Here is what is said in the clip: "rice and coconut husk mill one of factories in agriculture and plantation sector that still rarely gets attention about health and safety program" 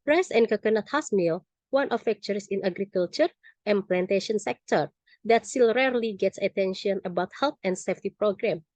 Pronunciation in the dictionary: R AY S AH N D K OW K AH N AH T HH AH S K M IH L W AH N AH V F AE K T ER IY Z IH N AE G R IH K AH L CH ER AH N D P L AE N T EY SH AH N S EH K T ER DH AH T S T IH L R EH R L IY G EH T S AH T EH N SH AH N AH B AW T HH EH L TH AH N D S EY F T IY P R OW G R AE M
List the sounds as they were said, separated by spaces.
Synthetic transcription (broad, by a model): R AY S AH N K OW K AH N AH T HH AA S M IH L W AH N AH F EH K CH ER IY S IH N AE G R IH K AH L CH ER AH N P L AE N T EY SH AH N S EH K T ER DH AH T S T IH L R EH R L IY G EH T S AH T EH N SH AH N AH B AW T HH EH L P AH N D S EY F T IY P R OW G R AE M